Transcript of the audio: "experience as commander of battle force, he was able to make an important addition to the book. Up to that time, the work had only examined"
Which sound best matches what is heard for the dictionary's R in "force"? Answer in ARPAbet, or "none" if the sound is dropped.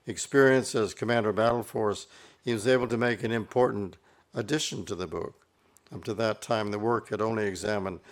R